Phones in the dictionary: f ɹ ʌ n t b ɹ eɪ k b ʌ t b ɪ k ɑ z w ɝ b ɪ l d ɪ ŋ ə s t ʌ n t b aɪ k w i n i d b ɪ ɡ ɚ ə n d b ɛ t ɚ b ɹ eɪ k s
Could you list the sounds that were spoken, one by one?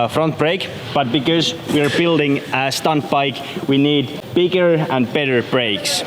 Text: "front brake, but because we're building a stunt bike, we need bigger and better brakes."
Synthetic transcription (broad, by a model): f ɹ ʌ n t b ɹ eɪ k b ʌ t b ɪ k ɑ z w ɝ b ɪ l d ɪ ŋ ə s t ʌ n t b aɪ k w i n i d b ɪ ɡ ɚ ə n b ɛ t ɚ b ɹ eɪ k s